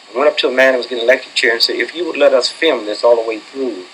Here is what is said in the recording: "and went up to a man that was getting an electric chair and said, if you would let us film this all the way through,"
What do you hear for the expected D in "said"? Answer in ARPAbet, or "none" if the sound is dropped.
none